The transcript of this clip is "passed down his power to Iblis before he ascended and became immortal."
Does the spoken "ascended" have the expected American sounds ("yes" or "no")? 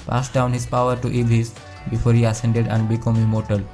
yes